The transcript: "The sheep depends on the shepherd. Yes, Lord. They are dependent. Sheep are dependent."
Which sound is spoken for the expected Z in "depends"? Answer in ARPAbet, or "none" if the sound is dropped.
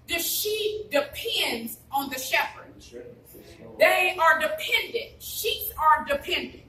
Z